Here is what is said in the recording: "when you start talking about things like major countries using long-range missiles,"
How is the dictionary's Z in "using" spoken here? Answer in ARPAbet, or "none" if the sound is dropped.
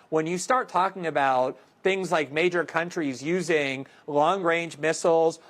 Z